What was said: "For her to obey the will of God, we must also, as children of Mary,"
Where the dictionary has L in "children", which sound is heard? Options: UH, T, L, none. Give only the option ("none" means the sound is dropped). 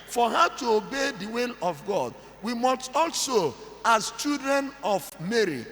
none